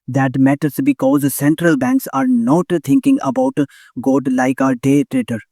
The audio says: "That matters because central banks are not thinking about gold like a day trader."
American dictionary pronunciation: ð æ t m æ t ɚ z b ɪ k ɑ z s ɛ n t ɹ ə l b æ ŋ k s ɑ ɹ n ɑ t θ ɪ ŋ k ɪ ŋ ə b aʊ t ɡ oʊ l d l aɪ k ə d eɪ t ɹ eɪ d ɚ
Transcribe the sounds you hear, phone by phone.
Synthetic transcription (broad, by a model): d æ t m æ t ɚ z b ɪ k ɑ z s ɛ n t ɹ ə l b æ ŋ k s ɑ ɹ n ɑ t t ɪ ŋ k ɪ ŋ ə b aʊ t ɡ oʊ d l aɪ k ə d eɪ t ɹ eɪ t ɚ